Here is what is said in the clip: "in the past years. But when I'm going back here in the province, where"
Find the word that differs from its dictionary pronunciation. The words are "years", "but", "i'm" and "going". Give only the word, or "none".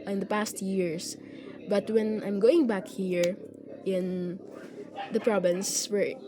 years